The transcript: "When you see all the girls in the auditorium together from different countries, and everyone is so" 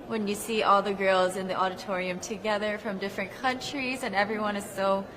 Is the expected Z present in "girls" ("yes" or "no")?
yes